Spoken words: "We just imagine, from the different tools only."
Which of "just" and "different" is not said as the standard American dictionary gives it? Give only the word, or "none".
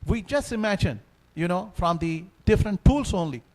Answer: none